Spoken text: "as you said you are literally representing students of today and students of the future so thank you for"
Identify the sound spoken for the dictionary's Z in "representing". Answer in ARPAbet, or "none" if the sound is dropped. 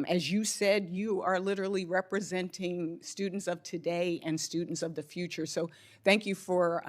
Z